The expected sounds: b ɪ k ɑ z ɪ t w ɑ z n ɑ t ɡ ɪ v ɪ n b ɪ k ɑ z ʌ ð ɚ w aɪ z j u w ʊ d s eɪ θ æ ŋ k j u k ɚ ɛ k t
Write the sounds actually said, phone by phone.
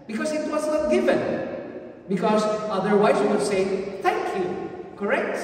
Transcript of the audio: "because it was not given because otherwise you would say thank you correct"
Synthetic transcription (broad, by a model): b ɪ k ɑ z ɪ t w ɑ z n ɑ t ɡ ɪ f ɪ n b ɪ k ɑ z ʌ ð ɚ w aɪ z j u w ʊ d s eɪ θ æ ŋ k j u k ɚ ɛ k t